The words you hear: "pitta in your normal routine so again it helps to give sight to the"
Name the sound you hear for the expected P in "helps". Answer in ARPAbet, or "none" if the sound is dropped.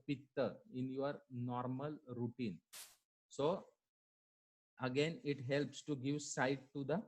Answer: P